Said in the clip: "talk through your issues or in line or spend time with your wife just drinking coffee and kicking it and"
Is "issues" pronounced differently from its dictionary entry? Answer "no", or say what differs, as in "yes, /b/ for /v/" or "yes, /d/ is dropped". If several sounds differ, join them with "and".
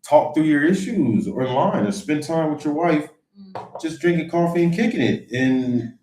no